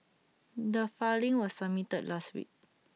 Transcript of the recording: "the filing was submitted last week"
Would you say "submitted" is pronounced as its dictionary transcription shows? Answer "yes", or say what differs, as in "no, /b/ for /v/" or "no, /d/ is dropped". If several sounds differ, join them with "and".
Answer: no, /b/ is dropped